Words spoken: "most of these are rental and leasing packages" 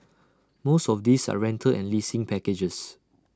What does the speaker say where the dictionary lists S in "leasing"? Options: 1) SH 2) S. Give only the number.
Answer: 2